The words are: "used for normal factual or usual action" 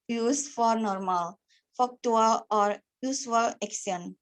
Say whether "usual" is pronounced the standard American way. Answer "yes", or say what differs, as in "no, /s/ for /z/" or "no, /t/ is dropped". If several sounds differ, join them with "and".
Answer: no, /s/ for /ʒ/